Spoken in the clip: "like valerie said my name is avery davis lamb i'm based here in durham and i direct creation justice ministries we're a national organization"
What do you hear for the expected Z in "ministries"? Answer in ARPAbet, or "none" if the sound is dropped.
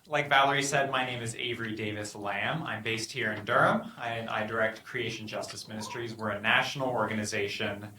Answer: Z